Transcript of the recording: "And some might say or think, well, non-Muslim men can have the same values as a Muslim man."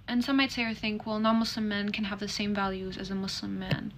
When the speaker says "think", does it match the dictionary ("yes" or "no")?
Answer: yes